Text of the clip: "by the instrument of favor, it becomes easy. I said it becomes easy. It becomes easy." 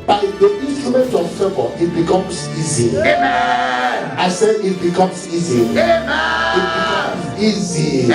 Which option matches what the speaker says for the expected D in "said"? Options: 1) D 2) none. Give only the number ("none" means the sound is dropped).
2